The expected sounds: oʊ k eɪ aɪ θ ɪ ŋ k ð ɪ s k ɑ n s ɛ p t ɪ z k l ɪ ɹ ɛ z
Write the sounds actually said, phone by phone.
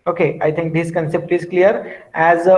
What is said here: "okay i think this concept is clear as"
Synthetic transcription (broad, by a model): oʊ k eɪ aɪ t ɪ ŋ k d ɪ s k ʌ n s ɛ p t ɪ z k l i ɹ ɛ z